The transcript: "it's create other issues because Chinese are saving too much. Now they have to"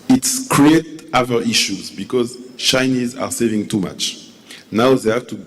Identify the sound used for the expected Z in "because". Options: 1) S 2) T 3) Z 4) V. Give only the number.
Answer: 3